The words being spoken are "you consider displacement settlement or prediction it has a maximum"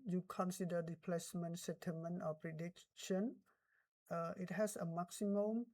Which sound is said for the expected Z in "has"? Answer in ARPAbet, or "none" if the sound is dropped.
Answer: S